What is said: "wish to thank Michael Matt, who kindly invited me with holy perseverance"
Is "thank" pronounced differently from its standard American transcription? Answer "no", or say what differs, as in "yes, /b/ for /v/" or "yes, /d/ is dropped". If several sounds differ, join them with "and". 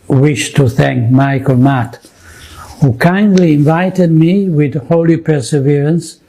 no